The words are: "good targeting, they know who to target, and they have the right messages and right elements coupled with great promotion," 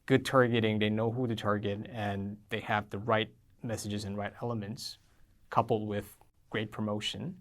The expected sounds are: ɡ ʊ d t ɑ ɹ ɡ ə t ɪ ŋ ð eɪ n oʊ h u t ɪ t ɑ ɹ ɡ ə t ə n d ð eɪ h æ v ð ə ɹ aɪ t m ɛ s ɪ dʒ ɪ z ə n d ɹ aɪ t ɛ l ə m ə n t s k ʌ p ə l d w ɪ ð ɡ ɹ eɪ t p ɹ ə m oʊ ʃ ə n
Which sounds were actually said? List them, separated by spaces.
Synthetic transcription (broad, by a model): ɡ ʊ d t ɑ ɹ ɡ ə t ɪ ŋ ð eɪ n oʊ h u t ɪ t ɑ ɹ ɡ ə t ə n ð eɪ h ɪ v ð ə ɹ aɪ t m ɛ s ɪ dʒ ɪ z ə n ɹ aɪ t ɛ l ə m ə n t s k ʌ p l d w ɪ ð ɡ ɹ eɪ t p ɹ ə m oʊ ʃ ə n